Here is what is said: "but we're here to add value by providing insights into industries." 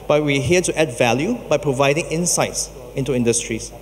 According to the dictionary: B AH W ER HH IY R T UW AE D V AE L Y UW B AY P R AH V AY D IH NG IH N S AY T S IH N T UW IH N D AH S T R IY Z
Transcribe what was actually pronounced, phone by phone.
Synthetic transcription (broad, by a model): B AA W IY HH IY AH T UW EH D V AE L Y UW B AY P R AH V AY D IH NG IH N S AY T S IH N T UW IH N D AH S T R IY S